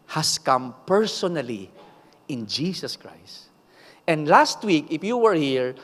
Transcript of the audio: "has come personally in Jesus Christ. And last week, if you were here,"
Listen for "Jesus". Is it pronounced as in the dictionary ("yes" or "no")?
no